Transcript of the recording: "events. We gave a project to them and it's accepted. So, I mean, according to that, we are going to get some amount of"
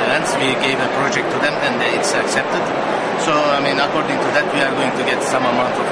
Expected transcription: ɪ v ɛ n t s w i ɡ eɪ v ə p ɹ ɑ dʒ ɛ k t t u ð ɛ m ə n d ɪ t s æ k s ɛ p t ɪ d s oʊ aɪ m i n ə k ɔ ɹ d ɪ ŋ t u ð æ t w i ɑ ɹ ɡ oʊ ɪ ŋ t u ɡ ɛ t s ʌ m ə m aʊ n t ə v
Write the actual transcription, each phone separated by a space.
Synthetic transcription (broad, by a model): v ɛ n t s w i ɡ eɪ v ə p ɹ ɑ dʒ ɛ k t t u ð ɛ m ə n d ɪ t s æ k s ɛ p t ɪ d s oʊ aɪ m i n ə k ɔ ɹ d ɪ ŋ t u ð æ t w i ɑ ɹ ɡ oʊ ɪ ŋ t u ɡ ɛ t s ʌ m ə m aʊ n t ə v